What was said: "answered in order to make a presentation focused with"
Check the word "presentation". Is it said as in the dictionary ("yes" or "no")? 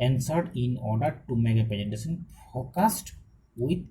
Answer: no